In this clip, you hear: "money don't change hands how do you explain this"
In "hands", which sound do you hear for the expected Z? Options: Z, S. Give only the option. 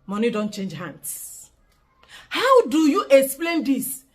S